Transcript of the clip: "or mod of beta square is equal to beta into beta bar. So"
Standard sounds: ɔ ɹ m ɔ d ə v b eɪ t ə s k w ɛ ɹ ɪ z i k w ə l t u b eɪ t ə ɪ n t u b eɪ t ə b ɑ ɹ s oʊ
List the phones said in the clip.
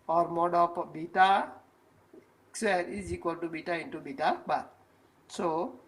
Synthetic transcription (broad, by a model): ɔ ɹ m ɔ d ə p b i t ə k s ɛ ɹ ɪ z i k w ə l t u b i t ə ɪ n t u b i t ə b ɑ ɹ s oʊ